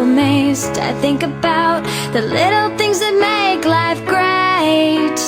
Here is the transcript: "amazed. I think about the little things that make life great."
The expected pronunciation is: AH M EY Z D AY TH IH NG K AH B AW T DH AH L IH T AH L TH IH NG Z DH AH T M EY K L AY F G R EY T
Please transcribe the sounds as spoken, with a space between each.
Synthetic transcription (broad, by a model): M EY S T AY TH IH NG K AH B AW T DH AH L IH T L TH IH NG Z DH AH T M EY K L AY F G R EY T